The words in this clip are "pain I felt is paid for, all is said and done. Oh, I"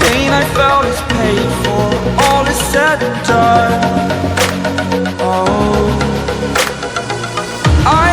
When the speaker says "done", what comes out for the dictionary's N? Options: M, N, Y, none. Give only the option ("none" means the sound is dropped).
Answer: none